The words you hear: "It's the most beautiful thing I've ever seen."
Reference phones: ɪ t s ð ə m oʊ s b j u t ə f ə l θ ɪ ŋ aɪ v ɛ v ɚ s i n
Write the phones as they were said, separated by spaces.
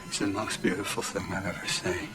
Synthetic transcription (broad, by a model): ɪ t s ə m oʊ s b j u t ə f l θ ɪ ŋ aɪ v ɛ v ɚ s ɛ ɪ